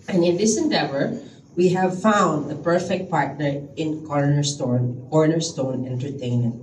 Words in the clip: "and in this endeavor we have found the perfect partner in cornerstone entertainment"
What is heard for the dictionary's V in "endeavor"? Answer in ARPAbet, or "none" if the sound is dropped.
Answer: V